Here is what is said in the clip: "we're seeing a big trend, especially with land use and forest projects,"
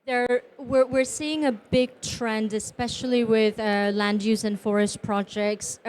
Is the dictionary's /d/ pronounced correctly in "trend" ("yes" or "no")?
yes